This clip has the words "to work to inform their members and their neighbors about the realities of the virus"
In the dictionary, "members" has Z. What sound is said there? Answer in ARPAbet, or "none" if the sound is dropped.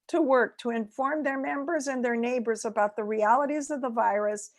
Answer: Z